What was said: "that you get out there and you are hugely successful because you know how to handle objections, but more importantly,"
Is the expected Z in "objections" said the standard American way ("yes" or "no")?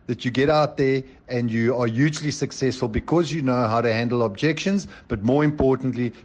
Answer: yes